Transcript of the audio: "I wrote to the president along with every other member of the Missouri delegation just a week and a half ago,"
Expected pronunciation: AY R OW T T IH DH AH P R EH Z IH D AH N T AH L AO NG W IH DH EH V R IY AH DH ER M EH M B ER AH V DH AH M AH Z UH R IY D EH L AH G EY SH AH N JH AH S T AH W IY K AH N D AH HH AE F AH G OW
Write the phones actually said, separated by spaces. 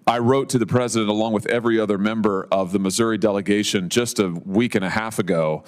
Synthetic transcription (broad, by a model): AY R OW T T IH DH AH P R EH Z IH D AH N T AH L AO NG W IH DH EH V R IY AH DH ER M EH M B ER AH V DH AH M AH Z UH R IY D EH L AH G EY SH AH N JH AH S T AH W IY K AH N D AH HH AE F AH G OW